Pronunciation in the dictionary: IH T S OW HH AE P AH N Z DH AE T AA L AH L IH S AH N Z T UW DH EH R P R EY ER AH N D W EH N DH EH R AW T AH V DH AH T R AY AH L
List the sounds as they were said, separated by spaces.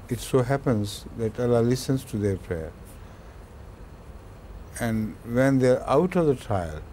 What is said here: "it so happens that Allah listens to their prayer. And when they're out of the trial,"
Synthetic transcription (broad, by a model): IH T S OW HH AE P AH N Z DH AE T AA L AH L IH S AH N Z T UW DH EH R P R EY ER AH N D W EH N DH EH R AW T AH V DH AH T R AY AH L